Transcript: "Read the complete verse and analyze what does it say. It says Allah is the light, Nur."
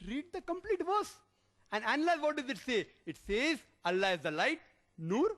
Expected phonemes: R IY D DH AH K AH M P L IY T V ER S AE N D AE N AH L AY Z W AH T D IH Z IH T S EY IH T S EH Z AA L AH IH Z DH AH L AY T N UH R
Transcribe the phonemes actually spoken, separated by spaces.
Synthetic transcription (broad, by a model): R IY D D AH K AH M P L IY T V ER S AE N D AE N AH L AY Z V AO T D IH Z IH T S EY IH T S EH Z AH L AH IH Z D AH L AY T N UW R